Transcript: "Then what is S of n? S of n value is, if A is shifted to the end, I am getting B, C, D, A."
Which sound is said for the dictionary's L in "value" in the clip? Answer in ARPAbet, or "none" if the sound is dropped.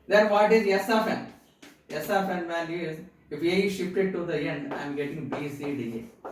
N